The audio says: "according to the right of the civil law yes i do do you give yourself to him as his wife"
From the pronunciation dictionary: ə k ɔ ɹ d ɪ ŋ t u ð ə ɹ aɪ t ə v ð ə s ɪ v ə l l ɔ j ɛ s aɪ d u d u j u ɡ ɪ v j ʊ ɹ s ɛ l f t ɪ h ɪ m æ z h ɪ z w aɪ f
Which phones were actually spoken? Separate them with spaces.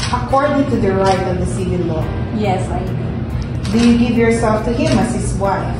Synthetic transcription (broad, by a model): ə k ɔ ɹ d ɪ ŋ t u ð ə ɹ aɪ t ə v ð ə s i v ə n l ɔ j ɛ s aɪ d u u j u ɡ ɪ v j ʊ ɹ s ɛ l f t ɪ h ɪ m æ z h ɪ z w aɪ f